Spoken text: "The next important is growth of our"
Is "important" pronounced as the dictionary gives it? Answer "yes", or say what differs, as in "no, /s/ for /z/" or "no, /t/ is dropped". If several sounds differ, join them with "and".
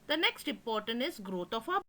no, /m/ is dropped